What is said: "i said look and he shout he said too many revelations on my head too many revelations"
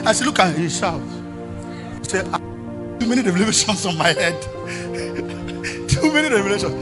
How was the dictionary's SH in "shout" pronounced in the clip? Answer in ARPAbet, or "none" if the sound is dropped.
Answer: S